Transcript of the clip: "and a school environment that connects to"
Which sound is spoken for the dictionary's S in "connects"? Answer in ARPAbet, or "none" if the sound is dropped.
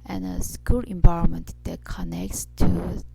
S